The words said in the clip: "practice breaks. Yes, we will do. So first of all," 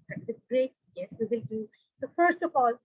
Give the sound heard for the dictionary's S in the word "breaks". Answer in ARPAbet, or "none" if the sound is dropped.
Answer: none